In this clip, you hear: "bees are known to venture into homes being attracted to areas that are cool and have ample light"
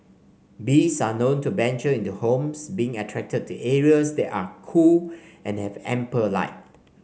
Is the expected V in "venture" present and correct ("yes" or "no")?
no